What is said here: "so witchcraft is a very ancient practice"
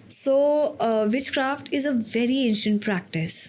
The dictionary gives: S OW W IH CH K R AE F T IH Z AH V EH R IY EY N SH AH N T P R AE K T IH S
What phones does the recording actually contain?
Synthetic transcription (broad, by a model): S OW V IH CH K R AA F T IH Z AH V EH R IY EY N SH AH N T P R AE K T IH S